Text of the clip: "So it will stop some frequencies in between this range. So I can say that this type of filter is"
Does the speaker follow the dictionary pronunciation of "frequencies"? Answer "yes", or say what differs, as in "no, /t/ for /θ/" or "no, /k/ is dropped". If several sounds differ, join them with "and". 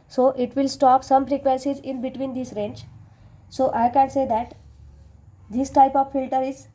no, /p/ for /f/